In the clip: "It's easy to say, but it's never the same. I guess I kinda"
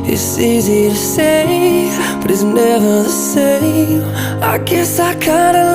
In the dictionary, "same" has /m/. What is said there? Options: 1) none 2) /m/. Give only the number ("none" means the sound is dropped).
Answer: 1